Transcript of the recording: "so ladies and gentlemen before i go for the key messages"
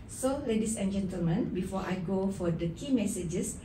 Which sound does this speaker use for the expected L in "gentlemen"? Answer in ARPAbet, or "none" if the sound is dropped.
L